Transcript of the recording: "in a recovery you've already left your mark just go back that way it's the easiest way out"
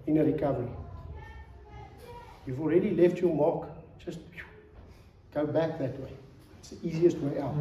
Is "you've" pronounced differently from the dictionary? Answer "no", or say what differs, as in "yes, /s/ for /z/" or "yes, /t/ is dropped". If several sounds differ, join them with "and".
no